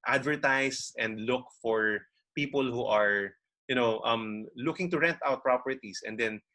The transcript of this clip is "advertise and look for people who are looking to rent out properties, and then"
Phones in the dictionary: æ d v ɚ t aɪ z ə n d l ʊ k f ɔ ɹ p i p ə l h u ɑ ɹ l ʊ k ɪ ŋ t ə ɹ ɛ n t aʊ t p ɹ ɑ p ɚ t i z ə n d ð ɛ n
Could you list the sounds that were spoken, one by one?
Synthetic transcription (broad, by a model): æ d v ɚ t aɪ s ə n d l ʊ k f ɔ ɹ p i p ə l h u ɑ ɹ l ʊ k ɪ ŋ t ə ɹ ɛ n t aʊ t p ɹ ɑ p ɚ t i s ə n d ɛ n